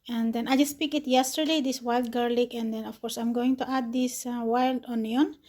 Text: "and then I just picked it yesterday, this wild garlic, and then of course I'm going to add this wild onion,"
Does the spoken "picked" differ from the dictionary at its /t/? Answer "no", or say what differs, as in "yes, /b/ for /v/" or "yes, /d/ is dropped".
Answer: yes, /t/ is dropped